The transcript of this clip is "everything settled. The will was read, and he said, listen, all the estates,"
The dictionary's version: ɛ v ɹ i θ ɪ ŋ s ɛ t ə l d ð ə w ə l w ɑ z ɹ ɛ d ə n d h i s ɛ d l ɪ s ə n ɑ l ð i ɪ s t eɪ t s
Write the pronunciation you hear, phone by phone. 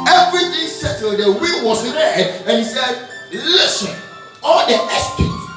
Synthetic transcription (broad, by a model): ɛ v ɹ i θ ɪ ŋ s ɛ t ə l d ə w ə w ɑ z ɹ ɛ d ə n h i s ɛ d l ɪ s ə n ɑ l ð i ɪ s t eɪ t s